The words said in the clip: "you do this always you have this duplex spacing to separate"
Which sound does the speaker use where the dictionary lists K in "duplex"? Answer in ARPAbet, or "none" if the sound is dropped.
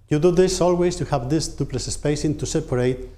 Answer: none